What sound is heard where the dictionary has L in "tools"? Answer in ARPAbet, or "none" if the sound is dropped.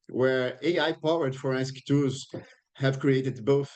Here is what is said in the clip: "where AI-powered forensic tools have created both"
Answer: none